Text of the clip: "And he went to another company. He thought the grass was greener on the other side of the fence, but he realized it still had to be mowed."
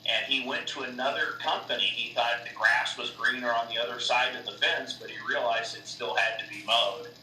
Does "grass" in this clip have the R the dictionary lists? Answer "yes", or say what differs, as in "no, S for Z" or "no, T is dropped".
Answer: yes